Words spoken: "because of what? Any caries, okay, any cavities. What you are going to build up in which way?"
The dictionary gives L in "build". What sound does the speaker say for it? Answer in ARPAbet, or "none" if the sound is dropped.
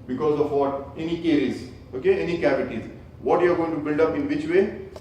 L